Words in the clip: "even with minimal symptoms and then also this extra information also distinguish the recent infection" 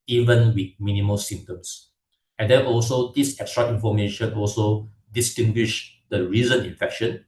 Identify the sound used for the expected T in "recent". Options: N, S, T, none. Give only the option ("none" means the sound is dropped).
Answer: none